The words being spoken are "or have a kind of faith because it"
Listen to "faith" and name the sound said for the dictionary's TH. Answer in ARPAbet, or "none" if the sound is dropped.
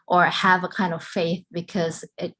TH